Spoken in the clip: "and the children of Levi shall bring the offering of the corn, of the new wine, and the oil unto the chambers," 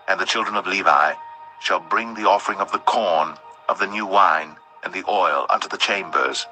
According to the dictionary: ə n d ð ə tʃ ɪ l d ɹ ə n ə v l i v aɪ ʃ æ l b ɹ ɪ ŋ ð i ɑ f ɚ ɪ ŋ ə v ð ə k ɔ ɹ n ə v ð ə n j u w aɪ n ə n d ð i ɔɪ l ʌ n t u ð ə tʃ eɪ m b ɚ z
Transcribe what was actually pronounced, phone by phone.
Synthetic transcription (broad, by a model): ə n ð ə tʃ ɪ l d ɹ ə n ə v l i v aɪ ʃ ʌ l b ɹ ɪ ŋ ð i ɑ f ɚ ɪ ŋ ə v ð ə k ɔ ɹ n ə v ð ə n j u w aɪ n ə n ð i ɔɪ l ʌ n t u ð ə tʃ eɪ m b ɚ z